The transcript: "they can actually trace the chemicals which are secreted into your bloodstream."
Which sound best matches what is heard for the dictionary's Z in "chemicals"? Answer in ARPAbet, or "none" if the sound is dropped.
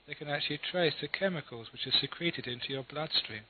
Z